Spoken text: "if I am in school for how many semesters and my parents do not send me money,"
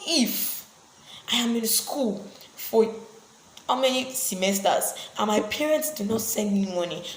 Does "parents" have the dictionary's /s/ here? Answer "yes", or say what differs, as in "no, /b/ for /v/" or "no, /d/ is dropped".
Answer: yes